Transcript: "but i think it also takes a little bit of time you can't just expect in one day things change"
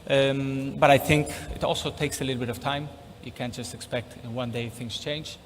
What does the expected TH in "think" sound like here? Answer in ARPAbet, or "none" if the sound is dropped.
TH